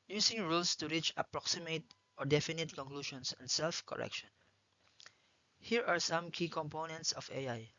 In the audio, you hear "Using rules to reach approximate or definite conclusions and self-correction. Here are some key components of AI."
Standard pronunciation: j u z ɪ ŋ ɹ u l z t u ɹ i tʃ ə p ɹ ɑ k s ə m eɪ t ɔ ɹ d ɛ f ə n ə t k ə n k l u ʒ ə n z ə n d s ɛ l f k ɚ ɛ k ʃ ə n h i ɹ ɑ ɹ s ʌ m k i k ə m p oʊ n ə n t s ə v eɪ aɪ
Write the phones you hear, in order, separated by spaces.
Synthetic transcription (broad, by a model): j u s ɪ ŋ ɹ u l s t u ɹ i tʃ ə p ɹ ɑ k s ə m eɪ t ɔ ɹ d ɛ f ə n ə t k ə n k l u ʃ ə n s ə n d s ɛ l f k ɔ ɛ k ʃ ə n h i ɹ ɑ ɹ s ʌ m k i k ə m p oʊ n ə n t s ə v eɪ aɪ